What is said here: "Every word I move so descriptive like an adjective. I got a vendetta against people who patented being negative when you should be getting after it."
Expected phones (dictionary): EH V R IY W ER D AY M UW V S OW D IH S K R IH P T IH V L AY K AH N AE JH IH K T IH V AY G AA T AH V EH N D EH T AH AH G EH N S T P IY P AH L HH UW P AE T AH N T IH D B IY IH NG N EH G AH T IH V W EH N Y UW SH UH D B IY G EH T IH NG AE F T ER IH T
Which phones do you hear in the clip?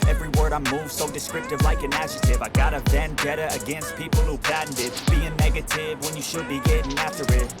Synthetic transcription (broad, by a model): EH V R IY W ER D AY M UW V S OW D IH S K R IH P T IH V L AY K AH N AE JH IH T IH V AY G AA T AH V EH N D EH T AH AH G EH N S T P IY P L HH UW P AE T N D IH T B IY IH NG N EH G AH T IH V W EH N Y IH SH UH D B IY G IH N AE F T ER IH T